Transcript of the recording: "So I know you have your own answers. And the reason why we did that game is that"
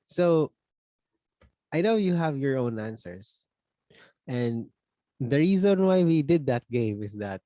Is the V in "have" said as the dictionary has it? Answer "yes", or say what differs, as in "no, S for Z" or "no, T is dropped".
yes